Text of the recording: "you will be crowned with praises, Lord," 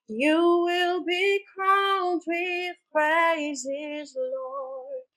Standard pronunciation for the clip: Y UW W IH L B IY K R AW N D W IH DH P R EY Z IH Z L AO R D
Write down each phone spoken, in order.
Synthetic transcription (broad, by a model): Y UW W IH L B IY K AW L D W IH DH P R EY Z IH Z L AO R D